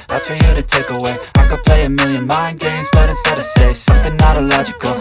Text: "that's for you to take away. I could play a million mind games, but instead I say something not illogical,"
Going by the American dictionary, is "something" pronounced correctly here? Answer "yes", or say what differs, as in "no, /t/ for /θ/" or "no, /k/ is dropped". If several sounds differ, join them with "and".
yes